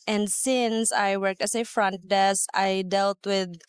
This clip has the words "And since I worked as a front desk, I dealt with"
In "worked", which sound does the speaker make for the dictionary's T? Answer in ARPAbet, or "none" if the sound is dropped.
T